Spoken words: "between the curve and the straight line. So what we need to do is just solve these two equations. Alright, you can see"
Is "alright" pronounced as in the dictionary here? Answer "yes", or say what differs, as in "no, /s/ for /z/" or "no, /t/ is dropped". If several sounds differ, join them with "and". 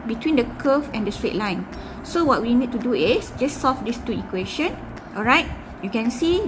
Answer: yes